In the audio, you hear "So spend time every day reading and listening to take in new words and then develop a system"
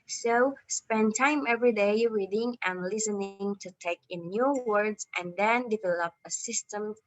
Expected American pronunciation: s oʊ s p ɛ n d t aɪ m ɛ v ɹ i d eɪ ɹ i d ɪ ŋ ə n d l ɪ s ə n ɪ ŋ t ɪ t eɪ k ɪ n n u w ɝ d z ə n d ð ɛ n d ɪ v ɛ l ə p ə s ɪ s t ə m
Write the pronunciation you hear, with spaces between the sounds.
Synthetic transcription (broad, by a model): s oʊ s p ɛ n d t aɪ m ɛ v ɹ i d eɪ ɹ i d ɪ ŋ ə n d l ɪ s ə n ɪ ŋ t ɪ t eɪ k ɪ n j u w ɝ d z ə n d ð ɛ n d ɪ v ɛ l ə p ə s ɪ s t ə m